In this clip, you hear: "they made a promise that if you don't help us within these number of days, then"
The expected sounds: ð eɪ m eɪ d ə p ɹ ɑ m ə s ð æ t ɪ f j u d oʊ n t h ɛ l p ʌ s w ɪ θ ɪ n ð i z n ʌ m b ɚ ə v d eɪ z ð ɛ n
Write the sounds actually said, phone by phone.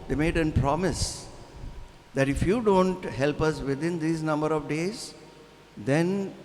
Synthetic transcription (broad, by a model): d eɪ m eɪ d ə p ɹ ɑ m ə s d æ t ɪ f j u d oʊ n t h ɛ l p ʌ s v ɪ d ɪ n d i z n ʌ m b ɚ ə v d eɪ z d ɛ n